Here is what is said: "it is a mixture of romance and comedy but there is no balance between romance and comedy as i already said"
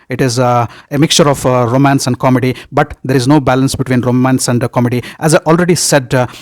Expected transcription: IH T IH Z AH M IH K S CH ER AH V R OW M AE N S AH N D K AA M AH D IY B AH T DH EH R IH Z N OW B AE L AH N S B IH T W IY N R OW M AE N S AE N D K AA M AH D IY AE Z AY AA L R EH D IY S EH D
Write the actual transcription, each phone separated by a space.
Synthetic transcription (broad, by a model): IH T IH Z AH M IH K S CH ER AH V R OW M AE N S AH N D K AA M AH D IY B AH T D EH R IH Z N OW B AE L AH N S B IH T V IY N R OW M AE N S AE N D K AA M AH D IY AE Z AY AA L R EH D IY S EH D